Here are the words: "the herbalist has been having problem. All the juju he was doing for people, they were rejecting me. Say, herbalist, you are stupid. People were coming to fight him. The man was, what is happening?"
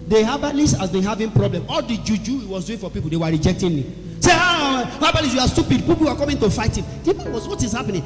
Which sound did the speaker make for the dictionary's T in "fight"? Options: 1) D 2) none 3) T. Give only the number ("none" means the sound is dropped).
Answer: 3